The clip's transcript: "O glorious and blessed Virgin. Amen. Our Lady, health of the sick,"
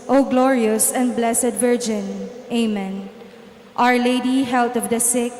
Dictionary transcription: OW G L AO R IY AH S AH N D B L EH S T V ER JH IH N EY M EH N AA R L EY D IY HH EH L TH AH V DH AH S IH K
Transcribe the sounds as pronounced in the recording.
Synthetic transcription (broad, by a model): OW G L AO R IY AH S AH N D B L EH S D V ER JH IH N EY M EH N AA R L EY D IY HH EH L T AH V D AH S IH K